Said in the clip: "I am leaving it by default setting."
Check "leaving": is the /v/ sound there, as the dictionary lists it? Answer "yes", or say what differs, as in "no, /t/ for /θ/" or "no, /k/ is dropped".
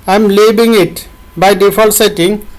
no, /b/ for /v/